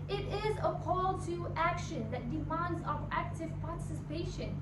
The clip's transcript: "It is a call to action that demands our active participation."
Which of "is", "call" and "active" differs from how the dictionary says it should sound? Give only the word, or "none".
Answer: none